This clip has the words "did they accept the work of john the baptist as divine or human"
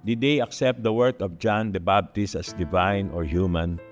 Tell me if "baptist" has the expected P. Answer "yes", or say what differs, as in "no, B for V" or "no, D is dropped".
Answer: no, B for P